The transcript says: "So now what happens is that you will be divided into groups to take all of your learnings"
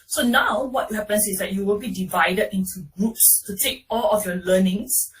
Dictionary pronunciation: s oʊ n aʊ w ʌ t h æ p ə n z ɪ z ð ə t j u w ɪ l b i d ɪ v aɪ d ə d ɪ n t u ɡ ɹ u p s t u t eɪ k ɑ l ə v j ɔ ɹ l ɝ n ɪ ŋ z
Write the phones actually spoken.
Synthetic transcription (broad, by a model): s oʊ n aʊ w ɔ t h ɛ p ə n s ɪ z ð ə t j u w ɪ l b i d ɪ v aɪ d ə d ɪ n t u ɡ ɹ u p s t u t eɪ k ɑ l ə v j ɔ l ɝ n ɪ ŋ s